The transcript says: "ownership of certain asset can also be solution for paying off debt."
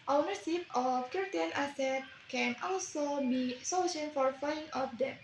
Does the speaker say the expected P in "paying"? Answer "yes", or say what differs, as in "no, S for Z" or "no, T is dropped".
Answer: no, F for P